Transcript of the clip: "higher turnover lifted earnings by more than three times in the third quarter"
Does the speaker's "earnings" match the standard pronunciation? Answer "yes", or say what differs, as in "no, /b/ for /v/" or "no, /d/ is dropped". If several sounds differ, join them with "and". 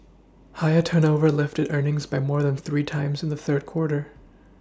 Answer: yes